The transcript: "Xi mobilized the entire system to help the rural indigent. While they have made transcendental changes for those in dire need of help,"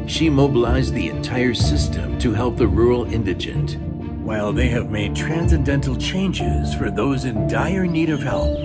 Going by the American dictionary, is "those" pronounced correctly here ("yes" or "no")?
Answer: yes